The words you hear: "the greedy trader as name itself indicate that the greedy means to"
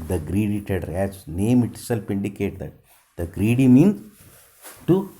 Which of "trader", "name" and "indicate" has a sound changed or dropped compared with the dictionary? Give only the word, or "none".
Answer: trader